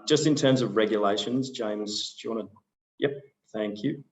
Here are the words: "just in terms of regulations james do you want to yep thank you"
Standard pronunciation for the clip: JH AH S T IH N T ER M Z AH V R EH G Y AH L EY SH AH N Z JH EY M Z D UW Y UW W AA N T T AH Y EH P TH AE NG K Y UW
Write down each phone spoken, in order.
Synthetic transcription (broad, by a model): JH AH S T IH N T ER M Z AH V R EH G Y AH L EY SH AH N Z JH EY M Z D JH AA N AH Y EH P TH AE NG K Y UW